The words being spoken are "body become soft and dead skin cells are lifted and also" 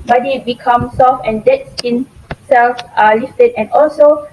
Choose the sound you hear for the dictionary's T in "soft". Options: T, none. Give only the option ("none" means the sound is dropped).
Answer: none